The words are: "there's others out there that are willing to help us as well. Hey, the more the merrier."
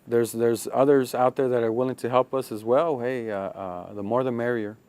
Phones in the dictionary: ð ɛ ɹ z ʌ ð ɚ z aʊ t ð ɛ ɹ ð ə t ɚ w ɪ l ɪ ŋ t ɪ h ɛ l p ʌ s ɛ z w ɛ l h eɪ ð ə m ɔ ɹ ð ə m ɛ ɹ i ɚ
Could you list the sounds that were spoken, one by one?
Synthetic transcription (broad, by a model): ð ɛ ɹ z ʌ ð ɚ z aʊ t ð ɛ ɹ ð ə t ɚ w ɪ l ɪ ŋ t ɪ h ɛ l p ʌ s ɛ z w ɛ l h eɪ ð ə m ɔ ɹ ð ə m ɛ ɹ i ɚ